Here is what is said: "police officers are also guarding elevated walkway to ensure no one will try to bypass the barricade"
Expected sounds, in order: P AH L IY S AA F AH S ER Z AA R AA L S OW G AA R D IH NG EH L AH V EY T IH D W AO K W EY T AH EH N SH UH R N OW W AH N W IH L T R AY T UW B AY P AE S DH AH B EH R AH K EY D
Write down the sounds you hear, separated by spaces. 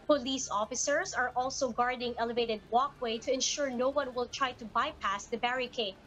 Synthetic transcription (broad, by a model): P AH L IY S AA F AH S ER S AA R AA L S OW G AA R D IH NG EH L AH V EY T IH D W AO K W EY T AH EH N SH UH R N OW W AH N W IH L T R AY T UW B AY P AE S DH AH B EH R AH K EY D